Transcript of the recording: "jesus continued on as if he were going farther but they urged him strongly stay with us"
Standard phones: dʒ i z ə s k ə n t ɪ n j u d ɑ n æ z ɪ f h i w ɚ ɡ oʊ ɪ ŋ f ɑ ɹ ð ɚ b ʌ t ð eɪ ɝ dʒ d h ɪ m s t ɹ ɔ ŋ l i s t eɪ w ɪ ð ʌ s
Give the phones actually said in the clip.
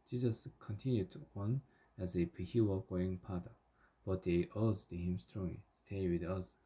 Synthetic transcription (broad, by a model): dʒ i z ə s k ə n t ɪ n j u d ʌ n æ z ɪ p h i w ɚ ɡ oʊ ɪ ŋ p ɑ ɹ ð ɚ b ʌ t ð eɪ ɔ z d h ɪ m s t ɹ ɔ ŋ l i s t eɪ w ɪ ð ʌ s